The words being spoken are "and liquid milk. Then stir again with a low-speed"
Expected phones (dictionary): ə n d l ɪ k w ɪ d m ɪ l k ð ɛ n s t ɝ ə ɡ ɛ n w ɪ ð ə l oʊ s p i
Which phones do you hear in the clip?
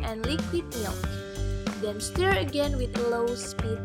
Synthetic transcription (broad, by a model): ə n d l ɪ k w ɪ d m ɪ k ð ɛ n s t ɝ ə ɡ ɛ n w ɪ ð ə l oʊ s p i